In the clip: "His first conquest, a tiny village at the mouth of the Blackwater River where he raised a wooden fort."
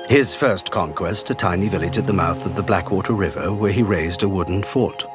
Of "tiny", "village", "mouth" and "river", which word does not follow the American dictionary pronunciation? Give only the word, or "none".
none